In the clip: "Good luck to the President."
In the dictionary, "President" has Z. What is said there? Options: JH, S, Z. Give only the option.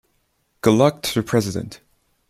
Z